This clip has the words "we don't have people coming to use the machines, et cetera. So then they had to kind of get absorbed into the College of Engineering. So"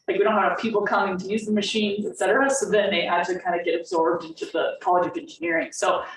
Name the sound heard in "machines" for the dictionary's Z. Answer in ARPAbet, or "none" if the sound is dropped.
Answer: Z